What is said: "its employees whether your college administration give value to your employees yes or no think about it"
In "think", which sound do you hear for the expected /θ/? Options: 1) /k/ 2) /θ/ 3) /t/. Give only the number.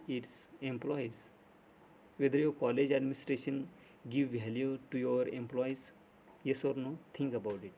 3